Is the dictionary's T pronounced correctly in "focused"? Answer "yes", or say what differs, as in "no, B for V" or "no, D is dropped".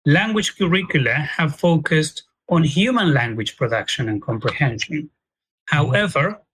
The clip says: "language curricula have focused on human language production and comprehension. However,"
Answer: yes